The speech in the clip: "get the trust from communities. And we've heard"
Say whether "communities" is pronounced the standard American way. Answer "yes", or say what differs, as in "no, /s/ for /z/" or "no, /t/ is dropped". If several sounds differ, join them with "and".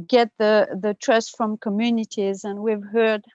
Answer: yes